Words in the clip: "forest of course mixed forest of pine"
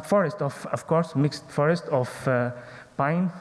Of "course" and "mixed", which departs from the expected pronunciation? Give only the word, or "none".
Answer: none